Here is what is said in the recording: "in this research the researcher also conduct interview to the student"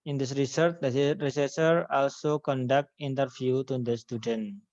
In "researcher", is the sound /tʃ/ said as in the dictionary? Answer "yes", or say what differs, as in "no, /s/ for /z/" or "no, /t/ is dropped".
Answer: no, /s/ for /tʃ/